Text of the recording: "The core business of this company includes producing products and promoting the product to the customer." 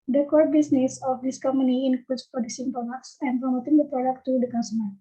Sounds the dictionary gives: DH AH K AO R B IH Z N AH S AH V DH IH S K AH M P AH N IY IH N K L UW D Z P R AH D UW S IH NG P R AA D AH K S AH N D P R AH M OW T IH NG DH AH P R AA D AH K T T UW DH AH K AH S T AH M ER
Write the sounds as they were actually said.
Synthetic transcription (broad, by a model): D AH K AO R B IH S N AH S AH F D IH S K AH M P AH N IY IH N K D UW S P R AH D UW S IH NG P AA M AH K S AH N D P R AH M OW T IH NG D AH P R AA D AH K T T UW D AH K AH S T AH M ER